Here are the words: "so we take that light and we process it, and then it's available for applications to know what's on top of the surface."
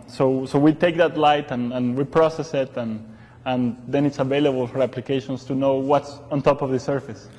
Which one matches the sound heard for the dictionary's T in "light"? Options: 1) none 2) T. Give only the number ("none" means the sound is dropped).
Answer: 2